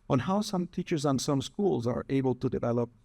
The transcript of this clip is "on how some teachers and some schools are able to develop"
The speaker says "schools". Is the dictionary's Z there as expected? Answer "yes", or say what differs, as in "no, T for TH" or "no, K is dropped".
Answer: yes